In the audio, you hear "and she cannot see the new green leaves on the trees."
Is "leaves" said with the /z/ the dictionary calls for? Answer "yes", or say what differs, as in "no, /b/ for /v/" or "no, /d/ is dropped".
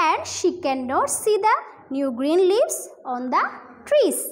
no, /s/ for /z/